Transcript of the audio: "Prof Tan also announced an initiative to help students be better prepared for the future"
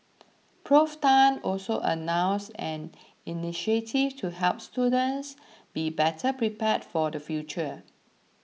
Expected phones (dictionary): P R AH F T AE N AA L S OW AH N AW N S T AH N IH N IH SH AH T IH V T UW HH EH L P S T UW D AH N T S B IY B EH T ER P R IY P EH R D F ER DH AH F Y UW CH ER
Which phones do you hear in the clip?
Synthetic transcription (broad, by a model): P R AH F T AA N AA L S OW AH N AW N S AH N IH N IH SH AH T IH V T UW HH EH L P S T UW D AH N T S B IY B EH T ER P R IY P EH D F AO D AH F Y UW CH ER